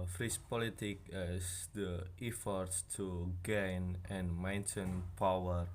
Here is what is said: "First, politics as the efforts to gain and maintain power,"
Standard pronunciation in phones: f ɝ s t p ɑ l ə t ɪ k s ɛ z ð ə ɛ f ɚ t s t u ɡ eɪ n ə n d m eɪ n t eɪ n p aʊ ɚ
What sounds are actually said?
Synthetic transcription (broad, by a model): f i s p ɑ l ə t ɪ k ɛ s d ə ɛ f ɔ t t t u ɡ eɪ n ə n m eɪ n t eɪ n p aʊ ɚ